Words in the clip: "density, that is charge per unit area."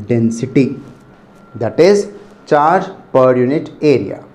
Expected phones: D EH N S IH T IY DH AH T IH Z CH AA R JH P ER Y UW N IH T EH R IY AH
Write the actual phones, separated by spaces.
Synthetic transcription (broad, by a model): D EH N S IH T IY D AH T IH Z CH AA R JH P ER Y UW N IH T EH R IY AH